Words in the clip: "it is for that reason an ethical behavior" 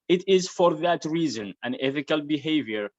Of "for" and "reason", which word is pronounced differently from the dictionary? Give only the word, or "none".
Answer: none